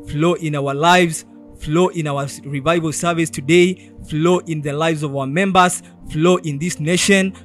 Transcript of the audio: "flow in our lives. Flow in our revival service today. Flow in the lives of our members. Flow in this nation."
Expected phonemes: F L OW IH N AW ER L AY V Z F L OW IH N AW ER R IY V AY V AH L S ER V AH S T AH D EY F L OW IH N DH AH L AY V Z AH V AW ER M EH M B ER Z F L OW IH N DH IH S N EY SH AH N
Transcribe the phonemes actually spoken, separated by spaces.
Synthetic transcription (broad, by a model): F L OW IH N AW ER L AY V Z F L OW IH N AW ER R IY V AY V AH L S ER V AH S T AH D EY F L OW IH N DH AH L AY V Z AH V AW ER M EH M B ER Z F L OW IH N DH IH S N EY SH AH N